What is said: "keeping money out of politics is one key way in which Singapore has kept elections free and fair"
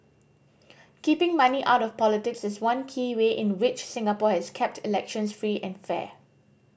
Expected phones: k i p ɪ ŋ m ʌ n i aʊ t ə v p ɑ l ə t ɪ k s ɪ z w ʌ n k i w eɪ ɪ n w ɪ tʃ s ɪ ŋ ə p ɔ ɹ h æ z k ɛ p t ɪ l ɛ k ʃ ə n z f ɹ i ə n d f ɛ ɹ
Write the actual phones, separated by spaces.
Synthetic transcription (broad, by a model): k i p ɪ ŋ m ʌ n i aʊ t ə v p ɑ l ə t ɪ k s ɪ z w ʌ n k i w eɪ ɪ n w ɪ tʃ s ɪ ŋ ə p ɔ h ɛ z k ɛ p t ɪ l ɛ k ʃ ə n s f ɹ i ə n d f ɛ